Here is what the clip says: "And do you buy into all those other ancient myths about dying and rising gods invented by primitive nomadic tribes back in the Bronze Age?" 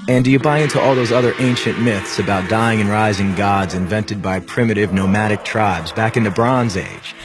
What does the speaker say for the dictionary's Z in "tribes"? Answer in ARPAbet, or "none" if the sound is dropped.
Z